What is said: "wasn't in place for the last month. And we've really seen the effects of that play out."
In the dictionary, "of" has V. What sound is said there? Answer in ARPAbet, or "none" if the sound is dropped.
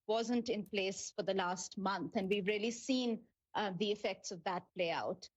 V